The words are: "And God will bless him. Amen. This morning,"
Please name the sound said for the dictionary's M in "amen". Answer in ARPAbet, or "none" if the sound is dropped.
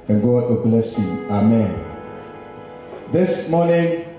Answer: M